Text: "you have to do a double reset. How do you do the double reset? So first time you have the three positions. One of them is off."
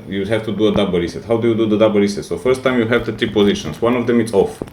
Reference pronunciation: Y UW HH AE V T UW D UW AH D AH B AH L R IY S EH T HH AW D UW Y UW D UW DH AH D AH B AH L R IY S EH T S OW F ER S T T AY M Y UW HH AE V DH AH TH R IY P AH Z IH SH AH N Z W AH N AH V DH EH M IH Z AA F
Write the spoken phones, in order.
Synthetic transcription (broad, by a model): Y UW HH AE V T UW D UW AH D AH B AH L R IY S EH T HH AW D UW Y UW D UW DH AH D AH B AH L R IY S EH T S OW F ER S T T AY M Y UW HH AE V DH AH T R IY P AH Z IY SH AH N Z W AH N AH V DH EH M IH S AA F